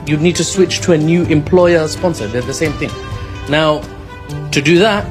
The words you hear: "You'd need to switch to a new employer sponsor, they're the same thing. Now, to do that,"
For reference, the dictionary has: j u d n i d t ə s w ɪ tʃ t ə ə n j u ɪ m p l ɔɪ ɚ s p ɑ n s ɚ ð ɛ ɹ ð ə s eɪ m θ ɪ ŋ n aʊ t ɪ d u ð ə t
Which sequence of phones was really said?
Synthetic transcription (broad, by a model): j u d n i d t ə s w ɪ tʃ t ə ə n j u ɪ m p l ɔɪ ɚ s p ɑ n s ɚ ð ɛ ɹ ð ə s eɪ m θ ɪ ŋ n aʊ t ɪ d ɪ ð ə t